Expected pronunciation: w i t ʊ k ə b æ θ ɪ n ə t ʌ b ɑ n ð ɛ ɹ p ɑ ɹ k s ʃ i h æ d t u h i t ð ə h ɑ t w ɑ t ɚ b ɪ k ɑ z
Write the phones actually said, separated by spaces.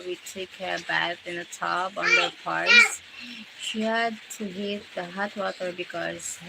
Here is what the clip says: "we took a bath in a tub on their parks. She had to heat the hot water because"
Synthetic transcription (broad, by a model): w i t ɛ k ə b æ t ɪ n ə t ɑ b ɑ n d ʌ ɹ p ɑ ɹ s ʃ i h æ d t u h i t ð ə h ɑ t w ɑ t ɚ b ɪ k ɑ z